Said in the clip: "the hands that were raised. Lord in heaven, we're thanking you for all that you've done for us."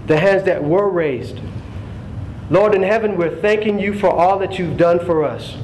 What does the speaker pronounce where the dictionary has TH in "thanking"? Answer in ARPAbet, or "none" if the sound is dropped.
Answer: TH